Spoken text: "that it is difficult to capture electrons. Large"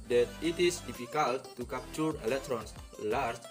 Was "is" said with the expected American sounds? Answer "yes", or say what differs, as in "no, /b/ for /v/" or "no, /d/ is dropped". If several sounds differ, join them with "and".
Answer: no, /s/ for /z/